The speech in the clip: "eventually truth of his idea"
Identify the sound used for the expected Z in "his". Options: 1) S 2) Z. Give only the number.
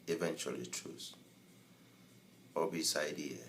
1